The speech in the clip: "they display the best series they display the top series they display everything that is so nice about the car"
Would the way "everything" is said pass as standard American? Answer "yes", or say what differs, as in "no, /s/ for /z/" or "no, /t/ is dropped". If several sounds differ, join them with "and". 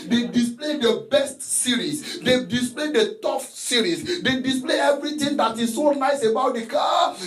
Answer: no, /t/ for /θ/